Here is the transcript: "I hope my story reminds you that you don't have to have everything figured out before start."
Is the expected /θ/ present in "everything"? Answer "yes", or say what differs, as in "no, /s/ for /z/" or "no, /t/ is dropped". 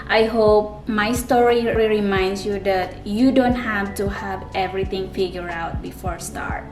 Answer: no, /t/ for /θ/